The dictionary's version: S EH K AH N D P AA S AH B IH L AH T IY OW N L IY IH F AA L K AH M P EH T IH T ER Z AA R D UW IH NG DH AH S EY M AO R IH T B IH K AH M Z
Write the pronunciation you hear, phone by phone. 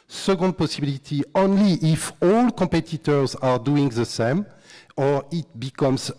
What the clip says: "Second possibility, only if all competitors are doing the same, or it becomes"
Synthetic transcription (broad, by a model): S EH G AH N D P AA S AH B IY L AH T IY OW N L IY IH F AA L K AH M P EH T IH T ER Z AA R D UW IH NG DH AH S EY M AO R IH T B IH K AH M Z